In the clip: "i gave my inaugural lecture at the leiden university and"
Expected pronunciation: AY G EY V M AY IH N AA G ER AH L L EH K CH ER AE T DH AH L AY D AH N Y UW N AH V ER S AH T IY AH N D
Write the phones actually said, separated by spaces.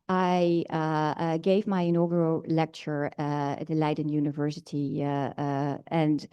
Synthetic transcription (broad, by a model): AY G EY V M AY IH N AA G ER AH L L EH K CH ER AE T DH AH L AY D N Y UW N AH V ER S AH T IY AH N